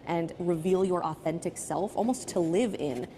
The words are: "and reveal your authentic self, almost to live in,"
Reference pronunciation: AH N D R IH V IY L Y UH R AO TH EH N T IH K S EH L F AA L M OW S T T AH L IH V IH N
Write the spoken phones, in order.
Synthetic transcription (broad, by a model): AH N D R IH V IY L Y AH R AO TH EH N T IH K S EH L F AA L M OW S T T AH L IH V IH N